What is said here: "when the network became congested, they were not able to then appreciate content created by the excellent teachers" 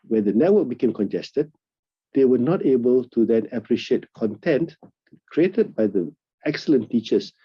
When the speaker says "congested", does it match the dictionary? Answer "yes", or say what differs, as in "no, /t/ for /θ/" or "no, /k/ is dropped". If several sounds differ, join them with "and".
yes